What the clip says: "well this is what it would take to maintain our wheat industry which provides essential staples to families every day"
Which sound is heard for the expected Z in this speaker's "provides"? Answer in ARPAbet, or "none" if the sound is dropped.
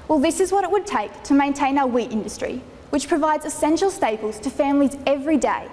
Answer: Z